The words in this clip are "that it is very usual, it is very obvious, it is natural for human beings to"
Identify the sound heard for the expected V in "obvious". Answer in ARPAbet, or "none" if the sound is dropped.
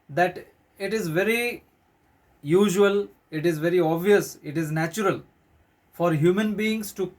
V